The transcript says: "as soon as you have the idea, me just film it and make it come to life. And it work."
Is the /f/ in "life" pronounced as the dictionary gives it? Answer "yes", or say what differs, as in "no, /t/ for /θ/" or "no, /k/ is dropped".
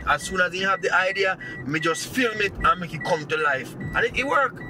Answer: yes